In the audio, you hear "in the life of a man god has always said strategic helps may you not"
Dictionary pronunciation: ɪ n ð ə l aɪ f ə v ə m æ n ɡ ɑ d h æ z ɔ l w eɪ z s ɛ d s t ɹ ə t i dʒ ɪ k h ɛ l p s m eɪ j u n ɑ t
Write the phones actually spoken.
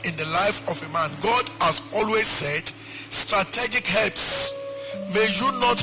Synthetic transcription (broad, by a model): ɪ n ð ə l aɪ f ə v ə m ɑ n ɡ ɑ d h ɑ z ɔ l w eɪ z s ɛ d s t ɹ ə t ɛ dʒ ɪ k h ɛ l p s m eɪ j u n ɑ t